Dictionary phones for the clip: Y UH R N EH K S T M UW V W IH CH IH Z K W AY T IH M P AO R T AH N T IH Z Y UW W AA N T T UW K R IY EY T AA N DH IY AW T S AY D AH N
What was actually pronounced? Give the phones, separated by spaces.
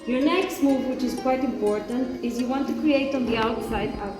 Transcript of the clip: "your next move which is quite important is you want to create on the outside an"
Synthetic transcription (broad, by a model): Y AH R N EH K S T M UW V W IH CH IH Z K W AY T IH M P AO R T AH N T IH Z Y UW W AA N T T UW K R IY EY T N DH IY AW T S AY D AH